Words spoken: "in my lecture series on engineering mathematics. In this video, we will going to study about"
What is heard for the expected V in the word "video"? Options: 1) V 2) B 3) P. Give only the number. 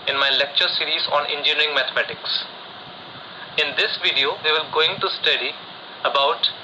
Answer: 1